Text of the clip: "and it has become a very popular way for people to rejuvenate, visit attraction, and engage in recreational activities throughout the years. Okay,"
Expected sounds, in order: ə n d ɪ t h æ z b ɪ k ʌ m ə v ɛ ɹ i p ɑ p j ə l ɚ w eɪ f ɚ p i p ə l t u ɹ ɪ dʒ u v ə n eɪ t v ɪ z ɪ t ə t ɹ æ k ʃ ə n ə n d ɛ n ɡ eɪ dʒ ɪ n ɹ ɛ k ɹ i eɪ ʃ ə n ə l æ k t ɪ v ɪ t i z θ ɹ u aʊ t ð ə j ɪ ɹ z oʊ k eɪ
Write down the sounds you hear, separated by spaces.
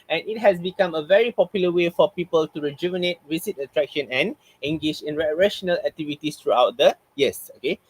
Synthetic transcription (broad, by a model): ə n ɪ t h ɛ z b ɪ k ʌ m ə v ɛ ɹ i p ɑ p j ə l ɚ w eɪ f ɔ p i p ə l t u ɹ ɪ dʒ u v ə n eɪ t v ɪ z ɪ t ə t ɹ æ k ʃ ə n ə n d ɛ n ɡ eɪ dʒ ɪ n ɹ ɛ ɹ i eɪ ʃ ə n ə l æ k t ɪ v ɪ t i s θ ɹ u aʊ t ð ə j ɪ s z oʊ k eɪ